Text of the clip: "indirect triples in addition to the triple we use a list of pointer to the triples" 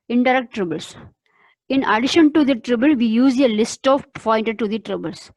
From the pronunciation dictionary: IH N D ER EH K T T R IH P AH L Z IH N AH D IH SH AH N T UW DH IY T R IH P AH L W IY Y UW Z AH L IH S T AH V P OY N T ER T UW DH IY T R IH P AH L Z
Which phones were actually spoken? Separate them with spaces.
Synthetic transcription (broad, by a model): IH N D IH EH K T T R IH B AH L S IH N AH D IH SH AH N T UW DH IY T R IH B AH L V IY Y UW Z AH L IH S T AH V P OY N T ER T UW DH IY T R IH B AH L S